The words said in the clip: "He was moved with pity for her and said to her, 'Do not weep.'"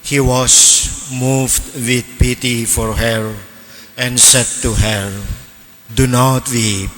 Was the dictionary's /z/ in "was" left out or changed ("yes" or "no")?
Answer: yes